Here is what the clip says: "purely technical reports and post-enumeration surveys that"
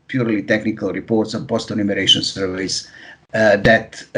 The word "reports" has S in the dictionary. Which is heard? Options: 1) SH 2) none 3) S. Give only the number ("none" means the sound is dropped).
3